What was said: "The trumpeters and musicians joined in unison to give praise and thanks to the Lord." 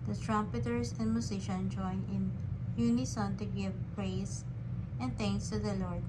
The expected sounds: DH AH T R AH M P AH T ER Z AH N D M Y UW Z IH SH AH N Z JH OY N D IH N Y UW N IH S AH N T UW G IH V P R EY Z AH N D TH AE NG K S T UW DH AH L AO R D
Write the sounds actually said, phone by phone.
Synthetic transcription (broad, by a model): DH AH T R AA M P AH T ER S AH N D M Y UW S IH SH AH N JH OY N IH N Y UW N IH S AH N T UW G IH V P R EY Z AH N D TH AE NG K S T UW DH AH L AO R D